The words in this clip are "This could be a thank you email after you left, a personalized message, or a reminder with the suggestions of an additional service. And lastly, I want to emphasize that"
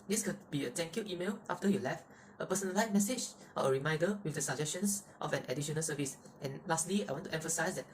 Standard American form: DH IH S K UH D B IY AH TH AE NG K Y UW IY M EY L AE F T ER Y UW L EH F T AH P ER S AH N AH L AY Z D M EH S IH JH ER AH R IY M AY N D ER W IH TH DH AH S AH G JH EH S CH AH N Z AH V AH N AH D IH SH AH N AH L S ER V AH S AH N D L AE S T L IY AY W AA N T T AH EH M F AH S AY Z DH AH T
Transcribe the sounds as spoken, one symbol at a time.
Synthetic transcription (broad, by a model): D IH S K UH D B IY AH T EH NG K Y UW IY M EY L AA F T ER Y UW L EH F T AH P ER S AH N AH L AY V M EH S IH JH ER AH R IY M AY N D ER W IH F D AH S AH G JH EH S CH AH N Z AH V AH N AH D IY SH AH N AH L S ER V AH S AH N L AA S T L IY AY W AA N T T EH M F AH S AY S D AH T